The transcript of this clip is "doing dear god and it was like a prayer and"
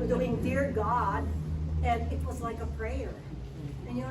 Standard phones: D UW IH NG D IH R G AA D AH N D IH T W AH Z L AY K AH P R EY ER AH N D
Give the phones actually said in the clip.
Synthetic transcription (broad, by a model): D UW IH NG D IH R G AA D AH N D IH T W AH Z L AY K AH P R EY ER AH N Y